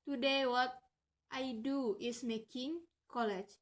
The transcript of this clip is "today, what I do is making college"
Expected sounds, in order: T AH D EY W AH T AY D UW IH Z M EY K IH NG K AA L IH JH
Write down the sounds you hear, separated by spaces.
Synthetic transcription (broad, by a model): T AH D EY W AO T AY D UW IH S M EY K IH NG K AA L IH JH